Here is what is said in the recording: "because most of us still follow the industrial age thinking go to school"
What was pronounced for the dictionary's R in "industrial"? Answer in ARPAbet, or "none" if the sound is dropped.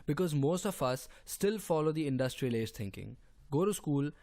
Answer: R